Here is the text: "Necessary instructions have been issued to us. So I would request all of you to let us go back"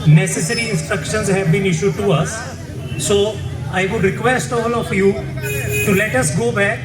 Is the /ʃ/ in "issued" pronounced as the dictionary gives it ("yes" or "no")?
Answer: yes